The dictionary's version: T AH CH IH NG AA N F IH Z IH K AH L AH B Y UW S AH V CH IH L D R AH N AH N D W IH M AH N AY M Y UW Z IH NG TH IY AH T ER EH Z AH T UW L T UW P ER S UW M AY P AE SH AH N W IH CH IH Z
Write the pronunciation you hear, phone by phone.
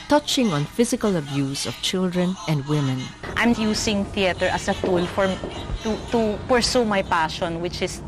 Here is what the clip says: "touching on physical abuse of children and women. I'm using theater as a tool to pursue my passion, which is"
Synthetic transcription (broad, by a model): T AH CH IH NG AA N F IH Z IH K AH L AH B Y UW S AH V CH IH L D R AH N AH N D W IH M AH N AY M Y UW S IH NG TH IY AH T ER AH S AH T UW L T UW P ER S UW M AY P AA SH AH N W IH CH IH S